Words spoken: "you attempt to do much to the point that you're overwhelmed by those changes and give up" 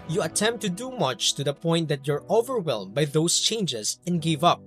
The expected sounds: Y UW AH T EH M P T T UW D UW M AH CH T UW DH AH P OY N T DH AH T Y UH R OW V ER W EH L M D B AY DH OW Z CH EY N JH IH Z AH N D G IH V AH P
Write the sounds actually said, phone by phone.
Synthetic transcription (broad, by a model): Y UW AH T EH M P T T UW D UW M AH CH T UW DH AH P OY N T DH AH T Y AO R OW V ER W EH L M B AY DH OW S CH EY N JH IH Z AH N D G IH V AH P